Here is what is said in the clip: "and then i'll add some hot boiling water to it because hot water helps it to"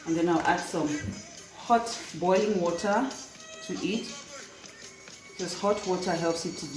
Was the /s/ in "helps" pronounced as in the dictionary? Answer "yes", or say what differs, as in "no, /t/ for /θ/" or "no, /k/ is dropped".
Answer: yes